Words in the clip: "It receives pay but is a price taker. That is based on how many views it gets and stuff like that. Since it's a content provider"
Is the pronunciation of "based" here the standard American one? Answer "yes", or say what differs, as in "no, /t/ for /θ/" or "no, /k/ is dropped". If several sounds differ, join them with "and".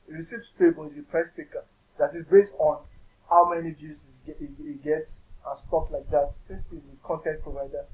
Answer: yes